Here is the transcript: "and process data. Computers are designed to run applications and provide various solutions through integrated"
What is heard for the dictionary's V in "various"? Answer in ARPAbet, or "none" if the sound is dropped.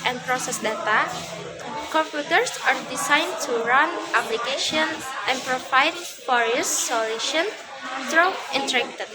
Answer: F